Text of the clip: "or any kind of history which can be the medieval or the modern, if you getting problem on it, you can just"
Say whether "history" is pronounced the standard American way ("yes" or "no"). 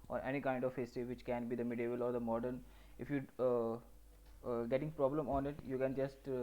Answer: no